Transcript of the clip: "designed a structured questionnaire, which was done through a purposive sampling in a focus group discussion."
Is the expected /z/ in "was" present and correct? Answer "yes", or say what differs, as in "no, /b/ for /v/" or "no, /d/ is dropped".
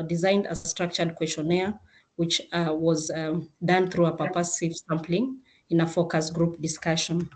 yes